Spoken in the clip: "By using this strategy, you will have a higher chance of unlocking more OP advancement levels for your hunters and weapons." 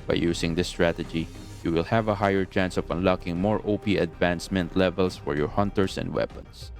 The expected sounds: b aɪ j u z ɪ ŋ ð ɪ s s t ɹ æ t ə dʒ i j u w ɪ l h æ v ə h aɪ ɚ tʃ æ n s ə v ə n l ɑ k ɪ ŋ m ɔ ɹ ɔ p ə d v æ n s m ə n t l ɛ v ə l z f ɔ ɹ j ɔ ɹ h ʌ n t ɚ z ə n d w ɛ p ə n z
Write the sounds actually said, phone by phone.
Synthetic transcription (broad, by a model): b aɪ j u s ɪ ŋ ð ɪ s s t ɹ æ t ə dʒ i j u w ɪ l h æ v ə h aɪ ɚ tʃ æ n s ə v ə n l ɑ k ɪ ŋ m ɔ ɹ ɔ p ə d v æ n s m ə n t l ɛ v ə l s f ɔ ɹ j ɔ ɹ h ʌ n t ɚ s ə n d w ɛ p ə n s